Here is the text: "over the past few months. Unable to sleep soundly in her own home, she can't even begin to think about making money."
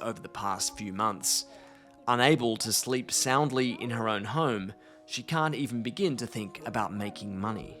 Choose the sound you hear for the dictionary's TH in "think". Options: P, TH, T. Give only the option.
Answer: TH